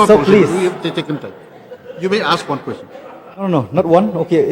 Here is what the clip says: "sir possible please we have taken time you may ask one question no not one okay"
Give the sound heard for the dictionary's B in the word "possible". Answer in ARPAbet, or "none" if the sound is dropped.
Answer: none